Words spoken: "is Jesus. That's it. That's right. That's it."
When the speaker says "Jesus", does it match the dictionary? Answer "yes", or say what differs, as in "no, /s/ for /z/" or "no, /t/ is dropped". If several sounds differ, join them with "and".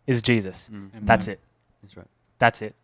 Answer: yes